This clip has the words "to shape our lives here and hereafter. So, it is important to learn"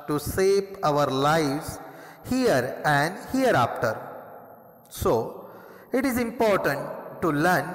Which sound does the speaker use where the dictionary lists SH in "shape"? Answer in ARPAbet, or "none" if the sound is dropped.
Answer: S